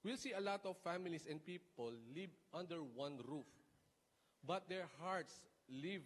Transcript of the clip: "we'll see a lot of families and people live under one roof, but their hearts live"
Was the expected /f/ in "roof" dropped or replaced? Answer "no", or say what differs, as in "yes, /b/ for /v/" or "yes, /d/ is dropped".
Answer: no